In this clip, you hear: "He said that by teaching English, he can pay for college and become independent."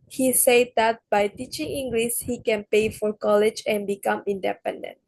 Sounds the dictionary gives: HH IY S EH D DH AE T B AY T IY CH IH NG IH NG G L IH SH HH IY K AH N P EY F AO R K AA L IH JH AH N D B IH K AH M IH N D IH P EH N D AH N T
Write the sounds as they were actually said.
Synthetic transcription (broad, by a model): HH IY S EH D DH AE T B AY T IY CH IH NG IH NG G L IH S HH IY K AH N P EY F AO R K AA L IH JH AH N B IH K AH M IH N D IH P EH N D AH N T